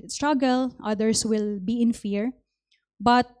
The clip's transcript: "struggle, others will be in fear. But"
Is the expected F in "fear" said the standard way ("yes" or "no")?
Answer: yes